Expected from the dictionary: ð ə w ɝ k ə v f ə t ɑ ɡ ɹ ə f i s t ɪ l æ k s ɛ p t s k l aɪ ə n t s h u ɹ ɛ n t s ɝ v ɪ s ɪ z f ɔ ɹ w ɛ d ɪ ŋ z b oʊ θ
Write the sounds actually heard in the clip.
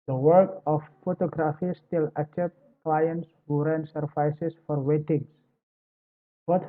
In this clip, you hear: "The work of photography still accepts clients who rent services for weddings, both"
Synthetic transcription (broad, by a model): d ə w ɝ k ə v f ə t ɑ ɡ ɹ ə f i s t ɪ l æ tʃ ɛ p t k l aɪ ə n t s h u ɹ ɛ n s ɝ f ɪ s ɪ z f ɔ ɹ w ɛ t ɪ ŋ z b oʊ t